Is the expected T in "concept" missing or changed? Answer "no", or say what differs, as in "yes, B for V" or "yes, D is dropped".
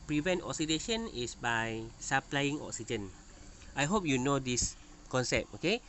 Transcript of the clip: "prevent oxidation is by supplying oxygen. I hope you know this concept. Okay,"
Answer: yes, T is dropped